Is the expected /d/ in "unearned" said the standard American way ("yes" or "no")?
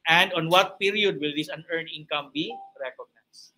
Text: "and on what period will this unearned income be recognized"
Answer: no